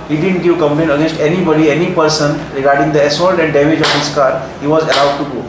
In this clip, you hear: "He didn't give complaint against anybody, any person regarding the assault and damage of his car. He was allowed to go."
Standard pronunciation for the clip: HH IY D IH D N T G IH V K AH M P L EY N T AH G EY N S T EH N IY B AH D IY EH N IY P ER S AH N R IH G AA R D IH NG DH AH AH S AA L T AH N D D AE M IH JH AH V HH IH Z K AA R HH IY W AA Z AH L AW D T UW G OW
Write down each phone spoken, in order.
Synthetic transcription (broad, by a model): HH IY D IH D N T G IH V K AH M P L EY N AH G EY N S T EH N IY B AH D IY EH N IY P ER S AH N R IH G AA R D IH NG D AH AH S AA L T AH N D D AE M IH JH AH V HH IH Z K AA R HH IY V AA Z AH L AW D T UW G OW